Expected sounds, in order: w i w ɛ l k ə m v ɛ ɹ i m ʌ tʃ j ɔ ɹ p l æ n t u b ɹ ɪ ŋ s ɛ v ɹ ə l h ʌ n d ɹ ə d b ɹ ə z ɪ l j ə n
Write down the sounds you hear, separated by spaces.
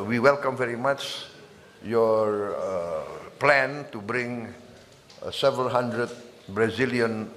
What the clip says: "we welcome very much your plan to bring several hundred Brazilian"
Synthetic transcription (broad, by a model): w i w ɛ l k ə m v ɛ ɹ i m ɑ tʃ j ɔ ɹ p l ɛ n t u b ɹ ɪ ŋ s ɛ v ɹ ə l h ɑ n d ɹ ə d b ɹ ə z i l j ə n